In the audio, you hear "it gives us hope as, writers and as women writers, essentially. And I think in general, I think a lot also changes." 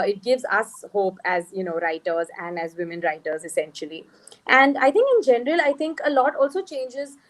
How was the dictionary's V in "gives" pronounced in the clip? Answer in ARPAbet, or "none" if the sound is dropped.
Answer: V